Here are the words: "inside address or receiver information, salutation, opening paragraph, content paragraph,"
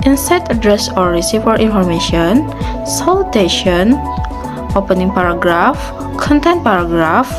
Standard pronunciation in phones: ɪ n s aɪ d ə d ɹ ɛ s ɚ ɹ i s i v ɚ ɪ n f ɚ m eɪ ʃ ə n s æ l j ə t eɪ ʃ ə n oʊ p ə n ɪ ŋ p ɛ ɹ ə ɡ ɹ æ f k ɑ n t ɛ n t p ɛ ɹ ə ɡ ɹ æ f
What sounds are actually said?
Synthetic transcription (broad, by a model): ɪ n s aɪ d ə d ɹ ɛ s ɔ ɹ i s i f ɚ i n f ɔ m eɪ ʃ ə n s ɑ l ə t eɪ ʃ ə n oʊ p ə n ɪ ŋ p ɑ ɹ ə ɡ ɹ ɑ f k ɑ n t ɛ n t p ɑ ɹ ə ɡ ɹ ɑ f